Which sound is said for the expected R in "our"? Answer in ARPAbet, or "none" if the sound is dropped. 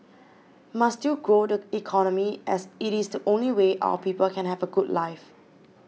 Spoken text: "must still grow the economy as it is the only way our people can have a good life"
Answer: W